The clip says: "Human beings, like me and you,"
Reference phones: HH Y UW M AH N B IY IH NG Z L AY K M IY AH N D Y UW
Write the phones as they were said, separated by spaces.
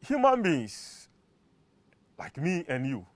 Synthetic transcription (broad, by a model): HH Y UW M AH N B IY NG S L AY K M IY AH N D Y UW